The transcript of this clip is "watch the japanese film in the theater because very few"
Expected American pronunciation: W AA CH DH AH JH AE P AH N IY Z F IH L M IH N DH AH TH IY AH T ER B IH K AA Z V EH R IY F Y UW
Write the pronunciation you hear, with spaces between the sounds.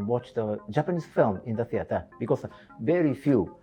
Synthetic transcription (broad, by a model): W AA CH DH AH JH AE P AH N IY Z F IH L M IH N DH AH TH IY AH T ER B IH K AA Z V EH R IY F Y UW